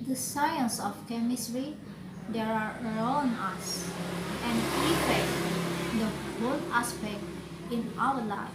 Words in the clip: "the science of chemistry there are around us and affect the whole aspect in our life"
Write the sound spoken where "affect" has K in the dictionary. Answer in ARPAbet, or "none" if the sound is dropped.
none